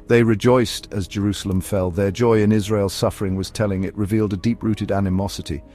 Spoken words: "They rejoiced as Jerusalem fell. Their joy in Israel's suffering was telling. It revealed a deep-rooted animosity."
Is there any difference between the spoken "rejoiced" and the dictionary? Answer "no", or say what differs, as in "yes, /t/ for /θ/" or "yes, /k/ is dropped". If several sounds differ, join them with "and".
no